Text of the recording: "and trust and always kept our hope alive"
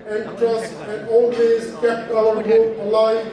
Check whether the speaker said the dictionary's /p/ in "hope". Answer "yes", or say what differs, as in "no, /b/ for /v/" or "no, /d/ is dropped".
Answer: no, /p/ is dropped